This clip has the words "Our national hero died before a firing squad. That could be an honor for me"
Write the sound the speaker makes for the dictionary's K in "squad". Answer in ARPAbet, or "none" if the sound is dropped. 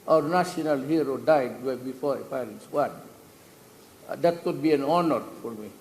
none